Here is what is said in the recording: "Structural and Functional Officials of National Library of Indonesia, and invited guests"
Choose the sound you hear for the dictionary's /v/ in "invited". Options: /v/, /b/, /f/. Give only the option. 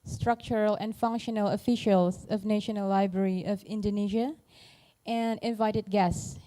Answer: /v/